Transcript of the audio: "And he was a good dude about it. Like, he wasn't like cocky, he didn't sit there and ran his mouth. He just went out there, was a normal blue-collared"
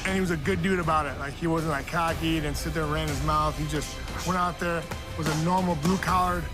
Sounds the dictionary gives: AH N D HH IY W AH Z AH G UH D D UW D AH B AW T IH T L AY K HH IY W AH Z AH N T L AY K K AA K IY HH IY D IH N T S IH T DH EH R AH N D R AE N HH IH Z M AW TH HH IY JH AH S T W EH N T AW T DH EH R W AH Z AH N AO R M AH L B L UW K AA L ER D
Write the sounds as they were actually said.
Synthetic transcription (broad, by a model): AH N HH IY W AH Z AH G UH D D UW D AH B AW T IH T L AY K HH IY W AH Z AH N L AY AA K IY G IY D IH N S IH T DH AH R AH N R AE N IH Z M AW TH HH IY JH AH S T W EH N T AW T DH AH R W AH Z AH N AO R M L B L UW K AA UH ER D